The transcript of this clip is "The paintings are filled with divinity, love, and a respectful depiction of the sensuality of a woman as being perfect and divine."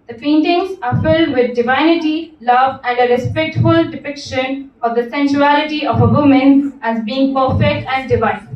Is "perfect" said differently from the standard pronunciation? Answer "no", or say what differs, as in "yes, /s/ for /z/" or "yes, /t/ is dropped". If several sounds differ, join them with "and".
yes, /k/ is dropped